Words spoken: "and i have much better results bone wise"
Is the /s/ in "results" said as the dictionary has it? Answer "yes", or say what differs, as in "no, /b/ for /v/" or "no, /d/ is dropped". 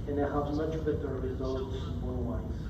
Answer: yes